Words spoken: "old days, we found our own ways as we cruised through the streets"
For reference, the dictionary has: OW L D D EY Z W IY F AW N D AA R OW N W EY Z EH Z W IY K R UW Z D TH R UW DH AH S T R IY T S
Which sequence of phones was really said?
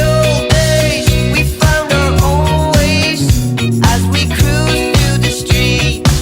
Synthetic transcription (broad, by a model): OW L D D EY Z W IY F AW N D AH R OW L W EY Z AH Z W IY K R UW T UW DH AH S T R IY T